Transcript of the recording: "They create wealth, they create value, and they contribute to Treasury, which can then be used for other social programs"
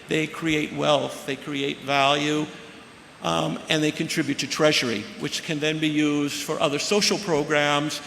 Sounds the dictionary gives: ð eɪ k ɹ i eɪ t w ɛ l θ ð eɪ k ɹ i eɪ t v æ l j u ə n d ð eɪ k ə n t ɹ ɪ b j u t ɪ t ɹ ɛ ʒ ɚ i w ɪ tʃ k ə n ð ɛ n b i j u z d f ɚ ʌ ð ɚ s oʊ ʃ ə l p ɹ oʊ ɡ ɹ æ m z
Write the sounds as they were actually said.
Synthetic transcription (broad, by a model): ð eɪ k ɹ i eɪ t w ɛ l θ ð eɪ k ɹ i eɪ t v æ l j u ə n ð eɪ k ə n t ɹ ɪ b j u t ɪ t ɹ ɛ ʒ ɚ i w ɪ tʃ k ə n ð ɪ n b i j u z d f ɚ ʌ ð ɚ s oʊ ʃ l p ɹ oʊ ɡ ɹ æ m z